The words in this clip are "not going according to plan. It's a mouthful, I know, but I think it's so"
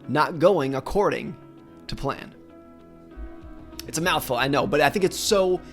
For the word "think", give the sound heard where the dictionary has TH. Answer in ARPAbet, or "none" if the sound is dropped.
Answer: TH